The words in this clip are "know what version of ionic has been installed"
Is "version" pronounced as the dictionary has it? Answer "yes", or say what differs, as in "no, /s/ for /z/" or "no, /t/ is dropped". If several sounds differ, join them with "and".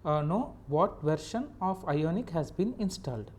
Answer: no, /ʃ/ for /ʒ/